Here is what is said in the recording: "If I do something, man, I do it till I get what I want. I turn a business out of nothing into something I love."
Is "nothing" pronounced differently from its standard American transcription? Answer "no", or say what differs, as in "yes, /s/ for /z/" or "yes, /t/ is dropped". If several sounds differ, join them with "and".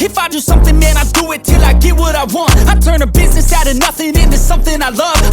no